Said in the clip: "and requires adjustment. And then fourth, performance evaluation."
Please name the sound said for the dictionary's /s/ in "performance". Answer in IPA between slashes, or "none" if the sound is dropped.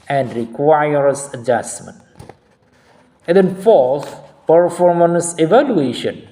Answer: /s/